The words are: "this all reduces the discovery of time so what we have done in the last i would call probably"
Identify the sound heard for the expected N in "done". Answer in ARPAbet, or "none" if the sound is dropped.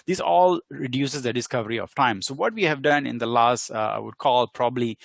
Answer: N